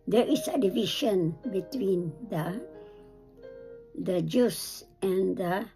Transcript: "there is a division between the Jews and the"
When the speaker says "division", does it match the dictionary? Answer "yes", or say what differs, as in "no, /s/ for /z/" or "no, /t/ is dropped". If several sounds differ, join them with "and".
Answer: no, /ʃ/ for /ʒ/